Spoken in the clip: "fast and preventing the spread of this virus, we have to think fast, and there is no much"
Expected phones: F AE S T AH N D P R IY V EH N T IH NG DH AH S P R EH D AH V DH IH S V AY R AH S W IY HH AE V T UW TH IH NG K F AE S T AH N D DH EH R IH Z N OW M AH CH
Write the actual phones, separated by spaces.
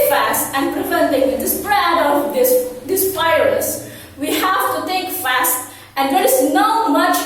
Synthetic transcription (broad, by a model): F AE S T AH N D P R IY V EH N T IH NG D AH S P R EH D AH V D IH S P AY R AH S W IY HH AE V T UW T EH K F AE S T AH N D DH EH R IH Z N OW M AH CH